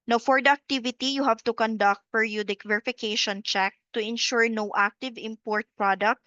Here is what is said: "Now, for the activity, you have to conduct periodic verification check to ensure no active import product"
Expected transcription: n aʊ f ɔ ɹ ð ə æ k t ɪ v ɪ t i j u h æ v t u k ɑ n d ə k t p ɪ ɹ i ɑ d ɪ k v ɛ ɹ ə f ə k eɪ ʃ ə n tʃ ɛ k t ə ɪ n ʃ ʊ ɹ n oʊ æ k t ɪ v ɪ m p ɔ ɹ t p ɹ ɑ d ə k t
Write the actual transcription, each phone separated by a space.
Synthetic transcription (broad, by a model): n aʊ f ɔ ɹ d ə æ k t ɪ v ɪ t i j u h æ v t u k ɑ n d ə k t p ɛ ɹ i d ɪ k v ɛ ɹ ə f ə k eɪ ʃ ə n tʃ ɛ k t ə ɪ n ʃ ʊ ɹ n oʊ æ k t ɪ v ɪ m p ɔ ɹ t p ɹ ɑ d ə k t